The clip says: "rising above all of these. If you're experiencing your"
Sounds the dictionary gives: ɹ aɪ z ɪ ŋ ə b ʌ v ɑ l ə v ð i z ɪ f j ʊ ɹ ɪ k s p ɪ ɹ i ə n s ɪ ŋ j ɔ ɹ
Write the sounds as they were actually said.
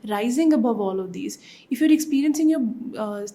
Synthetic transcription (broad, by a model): ɹ aɪ z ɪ ŋ ə b ʌ v ɑ l ə v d i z ɪ f j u ɹ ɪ k s p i ɹ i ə n s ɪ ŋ j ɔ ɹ